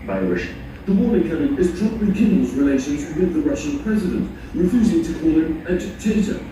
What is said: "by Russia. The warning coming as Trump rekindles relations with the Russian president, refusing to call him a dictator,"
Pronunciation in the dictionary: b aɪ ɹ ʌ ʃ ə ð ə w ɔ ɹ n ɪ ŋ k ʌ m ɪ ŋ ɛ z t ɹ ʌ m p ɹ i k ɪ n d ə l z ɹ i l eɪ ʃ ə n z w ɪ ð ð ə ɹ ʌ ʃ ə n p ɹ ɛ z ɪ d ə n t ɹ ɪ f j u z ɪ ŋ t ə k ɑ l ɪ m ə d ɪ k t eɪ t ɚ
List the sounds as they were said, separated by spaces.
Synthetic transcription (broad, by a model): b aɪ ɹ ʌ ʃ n ð ə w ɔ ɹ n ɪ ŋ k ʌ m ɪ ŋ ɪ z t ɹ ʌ p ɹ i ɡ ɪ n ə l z ɹ i l eɪ ʃ ə n z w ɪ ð ð ə ɹ ʌ ʃ ə n p ɹ ɛ z ɪ d ə n t ɹ ɪ f j u z ɪ ŋ t ə k ɑ l ɪ m ə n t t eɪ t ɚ